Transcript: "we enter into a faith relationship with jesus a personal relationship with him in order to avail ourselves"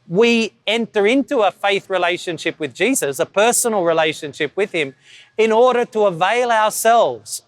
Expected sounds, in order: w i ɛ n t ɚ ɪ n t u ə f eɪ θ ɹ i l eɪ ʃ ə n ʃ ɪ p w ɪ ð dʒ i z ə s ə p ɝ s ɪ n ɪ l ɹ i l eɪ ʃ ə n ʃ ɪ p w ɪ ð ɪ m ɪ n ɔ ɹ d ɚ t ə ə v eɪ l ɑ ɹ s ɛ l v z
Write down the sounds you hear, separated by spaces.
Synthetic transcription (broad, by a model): w i ɛ n t ɚ ɪ n t u ə f eɪ θ ɹ i l eɪ ʃ ə n ʃ ɪ p w ɪ ð dʒ i z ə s ə p ɝ s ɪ n l ɹ i l eɪ ʃ ə n ʃ ɪ p w ɪ ð ɪ m ɪ n ɔ ɹ d ɚ t ə ə v eɪ l ɑ ɹ s ɛ l v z